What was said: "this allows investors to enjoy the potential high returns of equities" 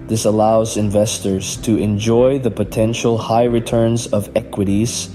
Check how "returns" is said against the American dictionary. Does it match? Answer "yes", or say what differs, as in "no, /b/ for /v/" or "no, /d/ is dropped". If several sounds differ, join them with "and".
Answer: yes